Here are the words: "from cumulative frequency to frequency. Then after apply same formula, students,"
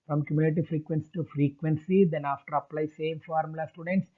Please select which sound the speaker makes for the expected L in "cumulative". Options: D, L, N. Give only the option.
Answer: N